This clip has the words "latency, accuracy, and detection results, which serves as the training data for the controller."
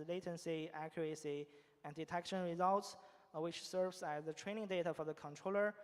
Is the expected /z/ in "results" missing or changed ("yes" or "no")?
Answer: no